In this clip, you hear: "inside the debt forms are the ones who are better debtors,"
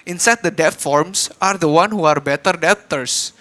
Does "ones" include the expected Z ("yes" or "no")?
no